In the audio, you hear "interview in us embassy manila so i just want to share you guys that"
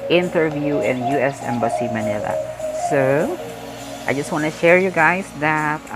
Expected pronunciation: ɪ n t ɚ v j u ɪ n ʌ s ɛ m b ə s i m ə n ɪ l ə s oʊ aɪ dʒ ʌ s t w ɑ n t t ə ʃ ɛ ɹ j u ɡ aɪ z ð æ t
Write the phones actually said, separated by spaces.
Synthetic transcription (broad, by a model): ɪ n t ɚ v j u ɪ n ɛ s ɛ m b ə s i m ə n ɪ l ə s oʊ aɪ dʒ ʌ s t w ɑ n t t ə ʃ ɛ ɹ j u ɡ aɪ s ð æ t